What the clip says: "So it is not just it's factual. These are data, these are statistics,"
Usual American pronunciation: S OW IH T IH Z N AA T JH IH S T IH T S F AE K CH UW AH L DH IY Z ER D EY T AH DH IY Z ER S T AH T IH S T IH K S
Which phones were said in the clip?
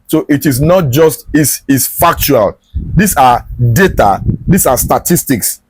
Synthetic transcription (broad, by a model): S OW IH T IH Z N AA T JH IH S T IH S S F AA K CH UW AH L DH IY S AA D EY T AH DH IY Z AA S T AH T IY S T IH K S